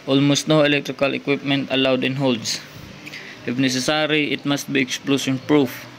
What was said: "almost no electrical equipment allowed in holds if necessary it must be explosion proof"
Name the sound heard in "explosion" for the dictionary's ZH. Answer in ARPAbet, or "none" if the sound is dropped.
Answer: S